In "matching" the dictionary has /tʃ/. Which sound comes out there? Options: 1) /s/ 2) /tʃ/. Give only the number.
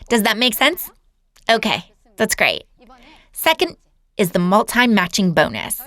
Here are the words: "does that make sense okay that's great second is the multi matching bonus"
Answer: 2